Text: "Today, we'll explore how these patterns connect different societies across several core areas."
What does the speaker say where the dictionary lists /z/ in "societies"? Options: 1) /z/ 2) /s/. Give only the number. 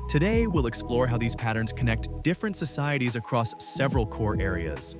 1